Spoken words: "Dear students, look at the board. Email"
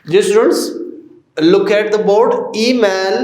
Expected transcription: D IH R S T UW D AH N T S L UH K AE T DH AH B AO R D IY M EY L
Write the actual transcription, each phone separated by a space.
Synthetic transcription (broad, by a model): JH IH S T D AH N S L UH K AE T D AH B AO R D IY M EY L